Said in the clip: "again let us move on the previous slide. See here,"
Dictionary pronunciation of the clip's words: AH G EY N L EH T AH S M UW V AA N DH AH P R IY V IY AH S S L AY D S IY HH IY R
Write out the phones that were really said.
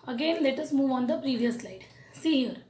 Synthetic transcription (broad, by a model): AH G EY N L EH T AH S M UW V AA N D AH P R IY V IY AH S S L AY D S IY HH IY R